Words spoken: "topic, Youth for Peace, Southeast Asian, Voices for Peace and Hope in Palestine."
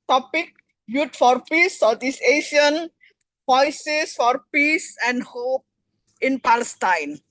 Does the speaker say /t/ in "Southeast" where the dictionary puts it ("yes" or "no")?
no